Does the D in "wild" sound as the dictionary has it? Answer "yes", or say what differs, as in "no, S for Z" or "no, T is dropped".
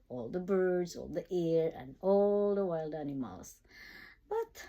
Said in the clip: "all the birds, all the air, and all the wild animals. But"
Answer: yes